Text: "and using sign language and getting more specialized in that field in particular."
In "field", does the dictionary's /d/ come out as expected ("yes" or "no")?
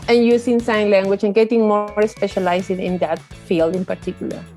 yes